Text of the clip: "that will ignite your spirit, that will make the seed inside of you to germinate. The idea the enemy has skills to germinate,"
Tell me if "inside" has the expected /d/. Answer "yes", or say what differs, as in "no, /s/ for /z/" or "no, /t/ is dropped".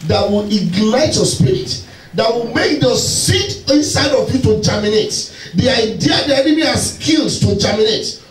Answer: yes